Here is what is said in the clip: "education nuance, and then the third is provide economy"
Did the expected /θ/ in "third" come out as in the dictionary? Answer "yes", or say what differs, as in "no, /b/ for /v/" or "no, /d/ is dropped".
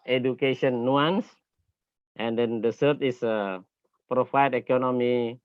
no, /s/ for /θ/